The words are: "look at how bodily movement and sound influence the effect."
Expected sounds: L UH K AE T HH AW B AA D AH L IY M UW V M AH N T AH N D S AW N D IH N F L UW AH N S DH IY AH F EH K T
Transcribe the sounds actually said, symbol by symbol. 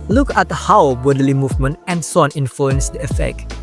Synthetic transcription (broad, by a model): L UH K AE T HH AW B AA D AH L IY M UW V M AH N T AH N S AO N IH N F L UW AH N S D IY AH F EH K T